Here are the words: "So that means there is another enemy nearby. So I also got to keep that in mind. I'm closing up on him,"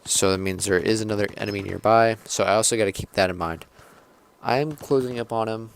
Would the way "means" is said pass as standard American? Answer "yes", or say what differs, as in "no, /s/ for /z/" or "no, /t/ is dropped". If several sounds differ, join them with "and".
yes